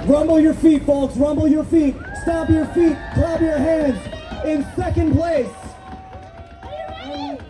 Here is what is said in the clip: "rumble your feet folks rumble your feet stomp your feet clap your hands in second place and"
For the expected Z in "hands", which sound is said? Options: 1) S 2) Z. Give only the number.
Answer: 2